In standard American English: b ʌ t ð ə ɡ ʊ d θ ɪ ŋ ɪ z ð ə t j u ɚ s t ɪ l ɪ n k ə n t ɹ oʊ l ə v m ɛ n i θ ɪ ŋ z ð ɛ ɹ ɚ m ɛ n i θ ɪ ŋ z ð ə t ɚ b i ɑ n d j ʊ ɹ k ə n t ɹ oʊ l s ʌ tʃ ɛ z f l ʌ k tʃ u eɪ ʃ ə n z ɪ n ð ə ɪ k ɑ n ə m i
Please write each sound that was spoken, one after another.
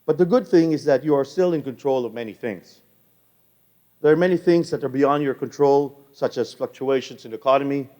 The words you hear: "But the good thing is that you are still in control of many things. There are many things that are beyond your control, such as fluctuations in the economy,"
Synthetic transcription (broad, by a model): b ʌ t ð ə ɡ ʊ d θ ɪ ŋ ɪ z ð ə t j u ɚ s t ɪ l ɪ n k ə n t ɹ oʊ l ə v m ɛ n i θ ɪ ŋ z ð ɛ ɹ m ɛ n i θ ɪ ŋ z ð ə t ɚ b i ɑ n d j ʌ ɹ k ə n t ɹ oʊ l s ʌ tʃ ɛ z f l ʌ k tʃ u eɪ ʃ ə n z ɪ n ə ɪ k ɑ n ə m i